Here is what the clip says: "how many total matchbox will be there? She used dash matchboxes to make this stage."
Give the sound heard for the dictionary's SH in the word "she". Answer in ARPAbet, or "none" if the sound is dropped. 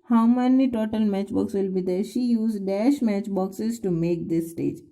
SH